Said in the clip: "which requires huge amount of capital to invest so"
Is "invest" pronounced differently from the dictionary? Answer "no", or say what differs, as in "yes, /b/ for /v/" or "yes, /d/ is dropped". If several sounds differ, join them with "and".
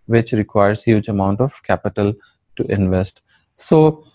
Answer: no